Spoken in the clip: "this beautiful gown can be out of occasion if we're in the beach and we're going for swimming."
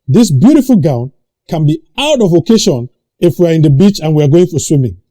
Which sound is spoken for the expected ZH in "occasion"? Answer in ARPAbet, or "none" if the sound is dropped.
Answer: SH